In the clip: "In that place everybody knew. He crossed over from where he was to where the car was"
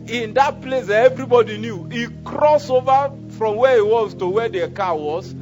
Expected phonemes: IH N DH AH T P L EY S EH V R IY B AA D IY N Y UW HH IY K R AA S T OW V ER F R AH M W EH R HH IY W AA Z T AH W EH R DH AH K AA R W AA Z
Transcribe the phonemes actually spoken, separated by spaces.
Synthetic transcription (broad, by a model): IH N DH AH T P L EY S EH V R IY B AA D IY N Y UW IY K R AA S OW V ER F R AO M W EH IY W AA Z T AH W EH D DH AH K AA W AA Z